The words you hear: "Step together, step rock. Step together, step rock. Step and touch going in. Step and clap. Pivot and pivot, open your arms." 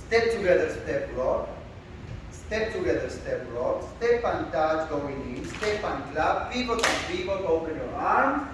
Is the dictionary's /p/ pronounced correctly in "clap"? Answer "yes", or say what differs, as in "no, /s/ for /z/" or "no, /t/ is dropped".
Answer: no, /b/ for /p/